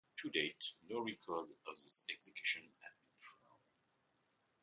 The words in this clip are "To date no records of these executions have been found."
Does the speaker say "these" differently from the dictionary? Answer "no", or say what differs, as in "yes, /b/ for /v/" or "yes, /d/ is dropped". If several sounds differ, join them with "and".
yes, /s/ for /z/